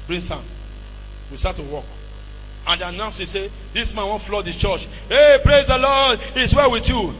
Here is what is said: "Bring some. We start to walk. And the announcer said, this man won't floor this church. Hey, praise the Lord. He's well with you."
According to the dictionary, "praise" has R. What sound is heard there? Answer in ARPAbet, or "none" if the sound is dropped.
R